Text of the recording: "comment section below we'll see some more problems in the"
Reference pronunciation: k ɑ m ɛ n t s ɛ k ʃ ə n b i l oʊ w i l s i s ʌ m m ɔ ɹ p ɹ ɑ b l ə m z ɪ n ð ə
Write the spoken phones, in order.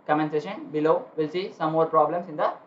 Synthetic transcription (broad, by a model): k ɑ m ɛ n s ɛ ʃ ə n b i l oʊ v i l s i s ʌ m m ɔ ɹ p ɹ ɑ b l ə m s ɪ n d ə